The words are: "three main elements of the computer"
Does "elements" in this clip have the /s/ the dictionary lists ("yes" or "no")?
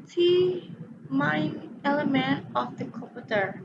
no